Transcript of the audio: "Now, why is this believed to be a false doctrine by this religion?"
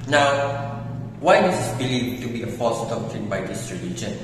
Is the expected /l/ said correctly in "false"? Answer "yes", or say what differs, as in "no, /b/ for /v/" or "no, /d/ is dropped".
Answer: no, /l/ is dropped